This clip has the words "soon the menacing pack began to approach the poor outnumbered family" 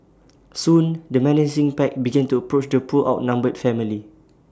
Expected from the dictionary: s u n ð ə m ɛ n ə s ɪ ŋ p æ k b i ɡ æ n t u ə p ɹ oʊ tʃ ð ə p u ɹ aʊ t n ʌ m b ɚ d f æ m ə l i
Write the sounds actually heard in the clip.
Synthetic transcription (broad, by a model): s u n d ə m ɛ n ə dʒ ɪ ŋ p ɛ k b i ɡ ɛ n t u ə p ɹ oʊ tʃ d ə p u l aʊ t n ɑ m b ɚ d f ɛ m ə l i